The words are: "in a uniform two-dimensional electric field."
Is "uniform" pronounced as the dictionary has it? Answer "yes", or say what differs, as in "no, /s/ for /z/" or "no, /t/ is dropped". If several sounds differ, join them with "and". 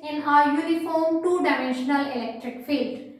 no, /l/ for /n/